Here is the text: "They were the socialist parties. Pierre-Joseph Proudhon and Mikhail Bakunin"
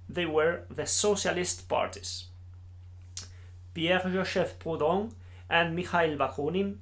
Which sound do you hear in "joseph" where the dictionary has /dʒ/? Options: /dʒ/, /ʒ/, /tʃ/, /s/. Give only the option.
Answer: /ʒ/